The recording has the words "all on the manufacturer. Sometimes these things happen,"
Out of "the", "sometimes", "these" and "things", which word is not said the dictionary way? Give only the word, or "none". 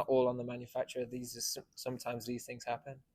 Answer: none